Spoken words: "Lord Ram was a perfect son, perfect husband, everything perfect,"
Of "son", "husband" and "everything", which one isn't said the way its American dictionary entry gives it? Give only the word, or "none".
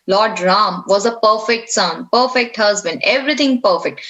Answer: everything